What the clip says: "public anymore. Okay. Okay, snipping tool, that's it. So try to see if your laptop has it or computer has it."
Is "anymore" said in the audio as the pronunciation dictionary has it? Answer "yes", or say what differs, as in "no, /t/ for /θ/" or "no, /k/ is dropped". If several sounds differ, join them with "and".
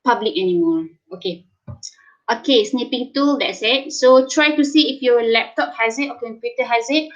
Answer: no, /l/ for /ɹ/